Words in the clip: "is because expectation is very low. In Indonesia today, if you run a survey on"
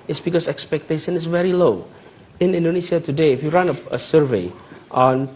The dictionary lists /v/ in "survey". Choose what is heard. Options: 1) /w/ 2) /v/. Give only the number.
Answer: 2